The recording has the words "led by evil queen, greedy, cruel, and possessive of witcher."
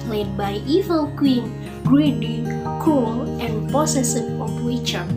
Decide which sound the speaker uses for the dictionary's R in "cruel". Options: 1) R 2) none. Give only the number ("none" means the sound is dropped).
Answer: 2